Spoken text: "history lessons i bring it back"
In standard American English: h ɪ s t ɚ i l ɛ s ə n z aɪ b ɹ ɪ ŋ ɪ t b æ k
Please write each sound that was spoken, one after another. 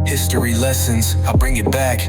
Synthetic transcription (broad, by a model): h ɪ s t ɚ i l ɛ s ə n z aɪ b ɹ ɪ ŋ ɪ t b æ k